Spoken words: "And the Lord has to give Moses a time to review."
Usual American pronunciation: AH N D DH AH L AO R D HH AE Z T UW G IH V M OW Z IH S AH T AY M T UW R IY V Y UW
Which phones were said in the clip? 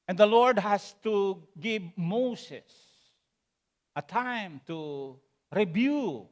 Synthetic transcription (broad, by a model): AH N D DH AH L AO R D HH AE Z T UW G IH V M OW S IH S AH T AY M T UW R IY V Y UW